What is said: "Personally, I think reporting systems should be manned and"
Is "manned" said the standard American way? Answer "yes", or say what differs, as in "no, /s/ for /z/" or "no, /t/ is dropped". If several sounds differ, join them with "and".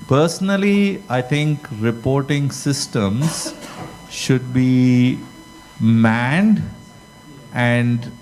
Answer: yes